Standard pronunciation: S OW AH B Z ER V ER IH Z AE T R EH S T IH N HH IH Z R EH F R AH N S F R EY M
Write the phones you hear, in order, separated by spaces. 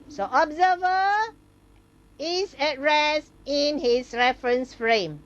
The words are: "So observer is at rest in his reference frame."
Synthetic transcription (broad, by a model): S OW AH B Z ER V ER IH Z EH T R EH S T IH N HH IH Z R EH F R AH N S F R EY M